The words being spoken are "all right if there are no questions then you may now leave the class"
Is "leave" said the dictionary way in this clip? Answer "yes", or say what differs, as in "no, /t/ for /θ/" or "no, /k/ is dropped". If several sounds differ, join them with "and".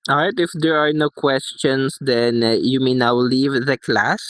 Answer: yes